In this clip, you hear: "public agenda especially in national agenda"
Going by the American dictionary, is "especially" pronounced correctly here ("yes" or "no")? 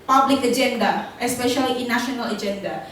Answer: yes